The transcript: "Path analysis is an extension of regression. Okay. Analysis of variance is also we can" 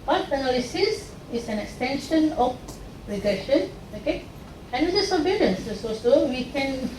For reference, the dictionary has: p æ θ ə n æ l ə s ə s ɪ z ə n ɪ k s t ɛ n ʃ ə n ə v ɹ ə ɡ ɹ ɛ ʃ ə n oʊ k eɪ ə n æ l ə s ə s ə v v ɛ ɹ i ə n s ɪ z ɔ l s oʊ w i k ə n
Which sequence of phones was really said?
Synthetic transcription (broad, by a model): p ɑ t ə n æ l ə s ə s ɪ s ə n ɪ k s t ɛ n ʃ ə n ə f ɹ ə ɡ ɹ ɛ ʃ ə n oʊ k eɪ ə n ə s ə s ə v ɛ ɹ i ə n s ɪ s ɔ s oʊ w i k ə n